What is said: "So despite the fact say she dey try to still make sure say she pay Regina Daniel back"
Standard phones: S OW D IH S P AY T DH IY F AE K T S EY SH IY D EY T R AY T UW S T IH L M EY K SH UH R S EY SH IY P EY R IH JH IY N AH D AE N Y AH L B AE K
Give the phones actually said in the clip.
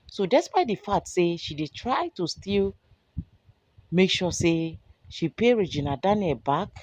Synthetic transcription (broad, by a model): S OW D IH S P AY T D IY F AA T S EY SH IY D EY T R AY T UW S T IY L M EY K SH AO S EY SH IY P EY R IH JH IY N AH D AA N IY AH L B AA K